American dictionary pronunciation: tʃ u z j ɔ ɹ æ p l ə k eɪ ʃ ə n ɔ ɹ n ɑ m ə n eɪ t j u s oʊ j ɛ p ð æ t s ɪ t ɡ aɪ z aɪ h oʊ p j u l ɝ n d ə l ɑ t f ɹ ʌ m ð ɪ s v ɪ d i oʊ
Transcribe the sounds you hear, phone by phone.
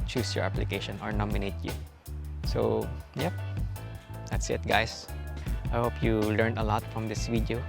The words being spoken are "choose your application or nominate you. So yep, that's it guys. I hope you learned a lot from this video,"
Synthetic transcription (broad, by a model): tʃ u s j ɔ ɹ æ p l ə k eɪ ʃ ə n ɔ ɹ n ɑ m ə n eɪ t j u s oʊ j ɛ p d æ t s ɪ t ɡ aɪ s aɪ h oʊ p j u l ɝ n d ə l ɑ t f ɹ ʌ m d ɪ s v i d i oʊ